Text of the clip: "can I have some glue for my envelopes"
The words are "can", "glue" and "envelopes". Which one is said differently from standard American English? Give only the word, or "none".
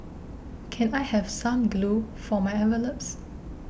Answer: envelopes